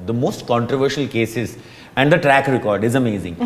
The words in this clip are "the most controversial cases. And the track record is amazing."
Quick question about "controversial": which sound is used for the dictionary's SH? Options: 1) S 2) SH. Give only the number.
2